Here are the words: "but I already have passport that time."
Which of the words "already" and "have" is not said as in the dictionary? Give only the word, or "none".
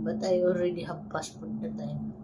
have